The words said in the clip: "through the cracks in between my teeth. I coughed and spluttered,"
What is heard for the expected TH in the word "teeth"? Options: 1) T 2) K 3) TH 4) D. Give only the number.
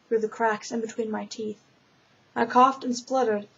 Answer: 3